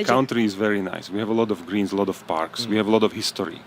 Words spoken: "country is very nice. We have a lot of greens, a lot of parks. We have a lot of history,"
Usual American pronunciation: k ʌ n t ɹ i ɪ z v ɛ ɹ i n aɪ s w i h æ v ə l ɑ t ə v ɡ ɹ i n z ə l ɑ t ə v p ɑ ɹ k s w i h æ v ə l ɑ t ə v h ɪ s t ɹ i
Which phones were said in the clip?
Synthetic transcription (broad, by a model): k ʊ n t ɹ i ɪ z v ɛ ɹ i n aɪ s w i h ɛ v ə l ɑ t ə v ɡ ɹ i n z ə l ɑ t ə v p ɑ ɹ k s w i h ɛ v ə l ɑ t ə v h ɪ s t ɹ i